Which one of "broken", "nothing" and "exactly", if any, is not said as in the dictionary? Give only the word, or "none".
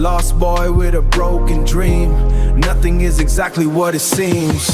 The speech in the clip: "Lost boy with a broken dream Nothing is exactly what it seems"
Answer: none